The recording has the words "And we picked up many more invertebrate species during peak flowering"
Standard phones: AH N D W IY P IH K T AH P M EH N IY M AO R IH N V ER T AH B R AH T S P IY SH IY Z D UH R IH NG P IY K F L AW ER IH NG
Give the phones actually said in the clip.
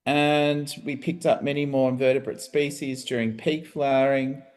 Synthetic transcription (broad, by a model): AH N W IY P IH K T AH P M EH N IY M AO R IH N V ER T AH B R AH T S P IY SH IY Z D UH R IH NG P IY K F L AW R IH NG